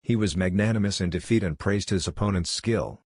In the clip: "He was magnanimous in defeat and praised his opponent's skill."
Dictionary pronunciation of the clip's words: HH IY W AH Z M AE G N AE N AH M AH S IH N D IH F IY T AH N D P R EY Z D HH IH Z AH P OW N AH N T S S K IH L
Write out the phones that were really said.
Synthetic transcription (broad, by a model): HH IY W AH Z M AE G N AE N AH M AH S IH N D IH F IY T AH N P R EY Z D HH IH Z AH P OW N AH N T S S K IH L